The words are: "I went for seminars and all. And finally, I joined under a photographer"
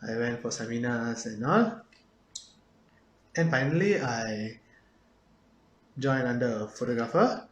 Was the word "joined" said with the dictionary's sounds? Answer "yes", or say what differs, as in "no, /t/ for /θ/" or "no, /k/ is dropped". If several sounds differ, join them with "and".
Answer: no, /d/ is dropped